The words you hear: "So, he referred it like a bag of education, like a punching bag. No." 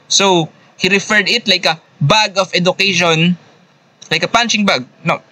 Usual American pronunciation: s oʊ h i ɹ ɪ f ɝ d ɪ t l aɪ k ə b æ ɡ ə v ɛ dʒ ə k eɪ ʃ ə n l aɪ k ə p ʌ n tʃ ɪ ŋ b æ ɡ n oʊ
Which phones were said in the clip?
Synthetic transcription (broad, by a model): s oʊ h i ɹ ɪ f ɝ d ɪ t l aɪ k ə b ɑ ɡ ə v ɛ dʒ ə k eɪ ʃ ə n l aɪ k ə p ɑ n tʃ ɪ ŋ b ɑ ɡ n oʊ